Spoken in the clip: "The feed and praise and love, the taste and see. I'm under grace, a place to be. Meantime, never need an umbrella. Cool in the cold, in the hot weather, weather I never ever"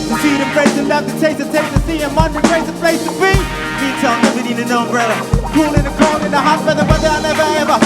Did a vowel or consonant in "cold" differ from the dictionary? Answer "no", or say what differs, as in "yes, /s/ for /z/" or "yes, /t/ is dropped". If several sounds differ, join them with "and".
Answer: yes, /d/ is dropped